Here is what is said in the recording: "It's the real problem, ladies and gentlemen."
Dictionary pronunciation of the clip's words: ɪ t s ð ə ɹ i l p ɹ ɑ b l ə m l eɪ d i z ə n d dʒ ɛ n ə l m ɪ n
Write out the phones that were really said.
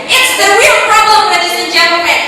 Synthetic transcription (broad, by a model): ɪ t s ð ə ɹ i l p ɹ ɑ b l ə m w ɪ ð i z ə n dʒ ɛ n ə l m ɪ